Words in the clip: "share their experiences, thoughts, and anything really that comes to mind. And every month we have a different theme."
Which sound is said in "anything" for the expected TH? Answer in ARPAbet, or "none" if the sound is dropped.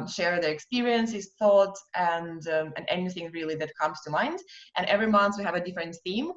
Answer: TH